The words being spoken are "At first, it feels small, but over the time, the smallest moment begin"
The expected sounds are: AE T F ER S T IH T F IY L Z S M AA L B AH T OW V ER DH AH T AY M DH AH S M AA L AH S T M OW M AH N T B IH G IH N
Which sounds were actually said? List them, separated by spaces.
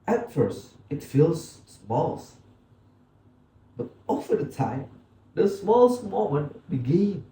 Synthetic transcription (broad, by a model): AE T F ER S T IH T F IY L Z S M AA L B AH T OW F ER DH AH T AY M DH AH S M AA L AH S T M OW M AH N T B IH G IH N